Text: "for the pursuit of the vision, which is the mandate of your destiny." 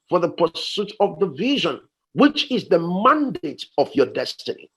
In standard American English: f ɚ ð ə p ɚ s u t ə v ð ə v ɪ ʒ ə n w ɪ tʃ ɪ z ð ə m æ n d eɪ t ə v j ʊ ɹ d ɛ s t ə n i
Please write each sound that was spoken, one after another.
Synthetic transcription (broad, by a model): f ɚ ð ə p ɚ s u t ə v ð ə v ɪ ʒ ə n w ɪ tʃ ɪ z ð ə m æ n d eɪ t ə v j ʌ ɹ d ɛ s t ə n i